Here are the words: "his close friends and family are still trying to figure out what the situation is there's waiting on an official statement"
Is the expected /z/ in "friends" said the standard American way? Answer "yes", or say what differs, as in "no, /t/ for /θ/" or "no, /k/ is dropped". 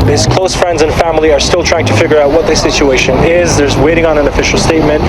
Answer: yes